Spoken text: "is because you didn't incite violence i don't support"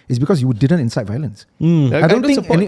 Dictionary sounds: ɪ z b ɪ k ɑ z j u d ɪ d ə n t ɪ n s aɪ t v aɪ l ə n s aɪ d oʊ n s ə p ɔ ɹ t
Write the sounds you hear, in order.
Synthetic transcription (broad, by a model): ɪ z b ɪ k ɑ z j u d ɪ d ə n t ɪ n s aɪ t v aɪ l ə n s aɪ d oʊ n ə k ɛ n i